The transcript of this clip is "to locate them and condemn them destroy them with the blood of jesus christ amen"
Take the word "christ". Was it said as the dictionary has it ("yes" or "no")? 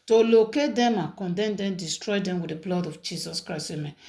no